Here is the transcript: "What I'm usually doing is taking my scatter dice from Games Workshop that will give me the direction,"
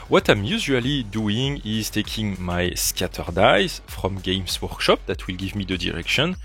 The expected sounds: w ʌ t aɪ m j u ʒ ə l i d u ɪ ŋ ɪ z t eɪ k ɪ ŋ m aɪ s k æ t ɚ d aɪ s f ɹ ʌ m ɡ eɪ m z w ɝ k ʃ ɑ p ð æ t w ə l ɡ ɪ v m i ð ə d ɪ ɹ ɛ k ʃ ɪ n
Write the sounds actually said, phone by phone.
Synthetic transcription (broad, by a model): w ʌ t aɪ m j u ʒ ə l i d u ɪ ŋ ɪ z t eɪ k ɪ ŋ m aɪ s k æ t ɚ d aɪ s f ɹ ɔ m ɡ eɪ m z w ɝ k ʃ ɑ p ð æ t w ə l ɡ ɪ v m i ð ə d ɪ ɹ ɛ k ʃ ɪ n